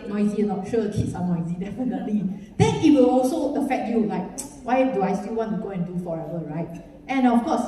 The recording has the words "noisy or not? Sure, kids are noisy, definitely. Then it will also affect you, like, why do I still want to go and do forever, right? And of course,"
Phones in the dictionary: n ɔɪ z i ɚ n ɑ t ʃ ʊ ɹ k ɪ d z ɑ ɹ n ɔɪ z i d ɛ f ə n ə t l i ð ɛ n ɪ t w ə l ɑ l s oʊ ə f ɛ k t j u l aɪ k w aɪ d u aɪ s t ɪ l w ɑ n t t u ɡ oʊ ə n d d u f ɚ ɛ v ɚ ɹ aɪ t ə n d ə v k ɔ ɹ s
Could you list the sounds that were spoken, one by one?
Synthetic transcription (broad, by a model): n ɔɪ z i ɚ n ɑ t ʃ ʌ k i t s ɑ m n ɔɪ z i d ɛ f ə n ə t l i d ɛ n ɪ t w ə l ɑ l s oʊ ə f ɛ k t j u l aɪ k w aɪ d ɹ aɪ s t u w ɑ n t t u ɡ oʊ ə n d d u f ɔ ɛ v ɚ ɹ aɪ t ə n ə f k ɔ s